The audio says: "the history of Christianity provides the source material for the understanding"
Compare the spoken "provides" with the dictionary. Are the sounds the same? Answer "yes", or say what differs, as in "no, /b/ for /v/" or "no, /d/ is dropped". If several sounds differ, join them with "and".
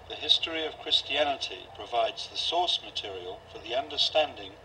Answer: yes